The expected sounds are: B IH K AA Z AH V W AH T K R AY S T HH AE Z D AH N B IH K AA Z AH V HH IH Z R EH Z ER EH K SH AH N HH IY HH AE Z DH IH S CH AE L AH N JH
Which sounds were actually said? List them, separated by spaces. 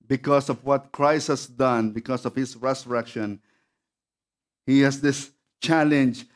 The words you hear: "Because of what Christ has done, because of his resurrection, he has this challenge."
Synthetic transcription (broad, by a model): B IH K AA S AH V W AH T K R AY S T HH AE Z D AH N B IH K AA S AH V HH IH S R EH S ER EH K SH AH N HH IY HH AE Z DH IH S CH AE L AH N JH